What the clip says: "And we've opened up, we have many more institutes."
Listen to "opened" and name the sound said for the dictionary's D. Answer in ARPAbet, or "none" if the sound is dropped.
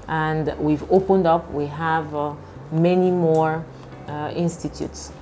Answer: D